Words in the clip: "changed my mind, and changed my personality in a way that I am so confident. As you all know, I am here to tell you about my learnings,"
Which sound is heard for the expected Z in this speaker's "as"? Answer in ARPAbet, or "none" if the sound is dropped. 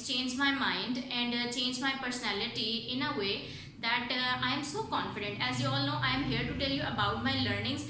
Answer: Z